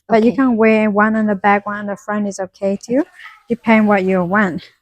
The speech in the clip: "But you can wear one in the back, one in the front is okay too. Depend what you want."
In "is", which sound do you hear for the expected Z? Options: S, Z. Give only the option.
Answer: Z